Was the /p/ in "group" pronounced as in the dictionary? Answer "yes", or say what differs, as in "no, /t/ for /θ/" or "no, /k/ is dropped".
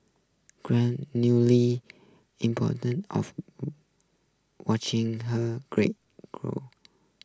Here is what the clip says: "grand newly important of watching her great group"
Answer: no, /p/ is dropped